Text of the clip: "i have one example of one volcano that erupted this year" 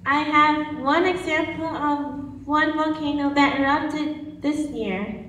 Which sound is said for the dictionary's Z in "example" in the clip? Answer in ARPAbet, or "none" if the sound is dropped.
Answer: Z